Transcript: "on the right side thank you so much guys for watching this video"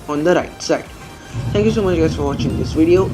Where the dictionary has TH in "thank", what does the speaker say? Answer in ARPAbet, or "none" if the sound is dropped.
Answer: T